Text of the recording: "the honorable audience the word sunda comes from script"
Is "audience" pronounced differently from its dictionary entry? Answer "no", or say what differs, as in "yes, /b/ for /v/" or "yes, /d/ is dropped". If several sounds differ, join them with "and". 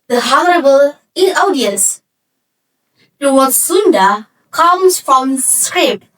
yes, /n/ is dropped